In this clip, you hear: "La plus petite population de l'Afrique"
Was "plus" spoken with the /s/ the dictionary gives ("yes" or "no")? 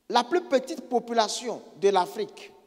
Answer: no